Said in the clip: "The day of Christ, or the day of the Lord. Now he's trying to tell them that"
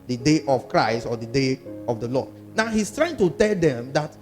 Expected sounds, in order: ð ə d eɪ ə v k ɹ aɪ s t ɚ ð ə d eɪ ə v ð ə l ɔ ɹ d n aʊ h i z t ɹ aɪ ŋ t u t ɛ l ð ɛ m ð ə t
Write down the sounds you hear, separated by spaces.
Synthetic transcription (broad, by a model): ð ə d eɪ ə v k ɹ aɪ s t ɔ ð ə d eɪ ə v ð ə l ɔ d n aʊ h i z t ɹ aɪ ŋ t u t ɛ l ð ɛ m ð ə t